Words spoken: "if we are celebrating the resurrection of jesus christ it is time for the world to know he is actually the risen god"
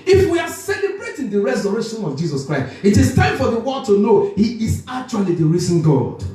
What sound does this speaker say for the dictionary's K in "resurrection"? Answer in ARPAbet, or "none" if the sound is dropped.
none